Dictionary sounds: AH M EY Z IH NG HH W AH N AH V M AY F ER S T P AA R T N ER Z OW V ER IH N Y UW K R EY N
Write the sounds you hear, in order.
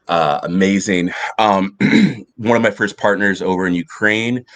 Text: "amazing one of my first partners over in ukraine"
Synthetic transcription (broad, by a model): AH M EY Z IH NG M W AH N AH V M AY F ER S P AA R T N ER Z OW V ER IH N Y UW K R EY N